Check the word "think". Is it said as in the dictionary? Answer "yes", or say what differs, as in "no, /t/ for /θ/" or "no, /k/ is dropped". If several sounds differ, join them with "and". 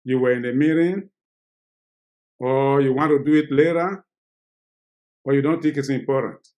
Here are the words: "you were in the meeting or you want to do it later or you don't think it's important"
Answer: no, /t/ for /θ/ and /ŋ/ is dropped